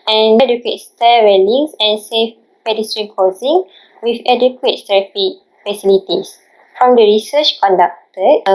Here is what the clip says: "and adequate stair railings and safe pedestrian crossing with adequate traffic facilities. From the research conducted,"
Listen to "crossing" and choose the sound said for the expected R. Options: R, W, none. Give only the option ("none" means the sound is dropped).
none